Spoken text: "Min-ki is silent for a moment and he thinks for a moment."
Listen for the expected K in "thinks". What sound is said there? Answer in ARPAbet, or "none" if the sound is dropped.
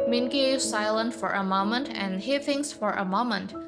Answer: none